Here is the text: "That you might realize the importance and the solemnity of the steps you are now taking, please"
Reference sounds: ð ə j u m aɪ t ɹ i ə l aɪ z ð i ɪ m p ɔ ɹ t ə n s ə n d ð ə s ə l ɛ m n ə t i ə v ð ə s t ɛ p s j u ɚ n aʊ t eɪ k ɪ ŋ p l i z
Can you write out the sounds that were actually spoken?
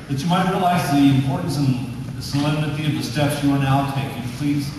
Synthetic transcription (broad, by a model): ð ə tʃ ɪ m aɪ t ɹ i ə l aɪ z ð i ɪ m p ɔ ɹ t n s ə n s ə l ɛ m n ə t i ə v ð ə s t ɛ p s j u ɚ n aʊ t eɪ k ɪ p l i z